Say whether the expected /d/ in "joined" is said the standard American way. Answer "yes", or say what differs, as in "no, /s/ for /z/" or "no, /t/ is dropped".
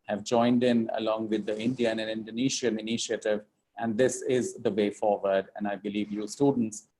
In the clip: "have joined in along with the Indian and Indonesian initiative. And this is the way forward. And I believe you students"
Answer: yes